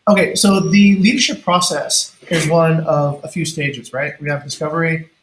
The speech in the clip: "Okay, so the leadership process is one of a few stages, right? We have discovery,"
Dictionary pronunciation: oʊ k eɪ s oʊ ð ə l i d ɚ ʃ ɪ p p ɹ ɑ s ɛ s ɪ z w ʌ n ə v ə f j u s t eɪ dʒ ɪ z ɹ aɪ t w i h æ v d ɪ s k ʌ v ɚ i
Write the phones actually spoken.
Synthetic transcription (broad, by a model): oʊ k eɪ s oʊ ð ə l i d ɚ ʃ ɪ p p ɹ ɑ s ɛ s ɪ z w ʌ n ə v ə f j u s t eɪ dʒ ɪ z ɹ aɪ t w i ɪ v d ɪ s k ʌ v ɚ i